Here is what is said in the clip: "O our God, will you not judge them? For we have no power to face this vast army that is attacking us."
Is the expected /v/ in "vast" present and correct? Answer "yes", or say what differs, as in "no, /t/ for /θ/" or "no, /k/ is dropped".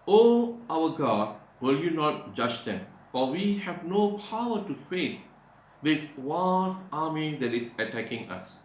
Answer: no, /w/ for /v/